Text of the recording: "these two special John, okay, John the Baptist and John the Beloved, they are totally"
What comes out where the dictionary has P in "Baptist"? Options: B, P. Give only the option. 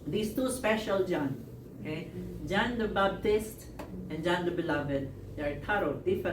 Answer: B